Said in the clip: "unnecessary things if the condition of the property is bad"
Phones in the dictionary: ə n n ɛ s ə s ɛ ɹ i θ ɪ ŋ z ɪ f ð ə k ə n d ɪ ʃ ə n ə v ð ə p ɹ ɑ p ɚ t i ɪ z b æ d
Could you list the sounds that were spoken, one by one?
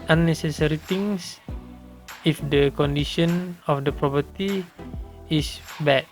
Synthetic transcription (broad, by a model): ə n n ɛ s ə s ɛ ɹ i t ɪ ŋ s ɪ f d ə k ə n d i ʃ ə n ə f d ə p ɹ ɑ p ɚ t i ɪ s b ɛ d